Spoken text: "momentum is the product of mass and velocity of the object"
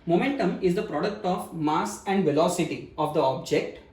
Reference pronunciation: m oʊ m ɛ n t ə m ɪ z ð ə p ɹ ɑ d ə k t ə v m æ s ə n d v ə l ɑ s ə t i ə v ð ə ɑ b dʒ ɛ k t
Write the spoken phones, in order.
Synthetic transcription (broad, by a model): m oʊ m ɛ n t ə m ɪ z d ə p ɹ ɑ d ə k t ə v m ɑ s ə n d v ə l ɑ s ə t i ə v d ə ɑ b dʒ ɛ k t